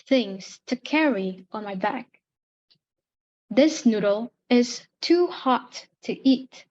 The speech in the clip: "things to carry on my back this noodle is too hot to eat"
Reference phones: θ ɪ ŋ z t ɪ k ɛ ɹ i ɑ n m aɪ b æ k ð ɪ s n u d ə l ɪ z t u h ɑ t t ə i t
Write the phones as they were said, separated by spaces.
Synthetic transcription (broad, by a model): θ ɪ ŋ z t ɪ k ɛ ɹ i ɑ n m aɪ b æ k ð ɪ s n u d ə l ɪ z t u h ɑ t t i t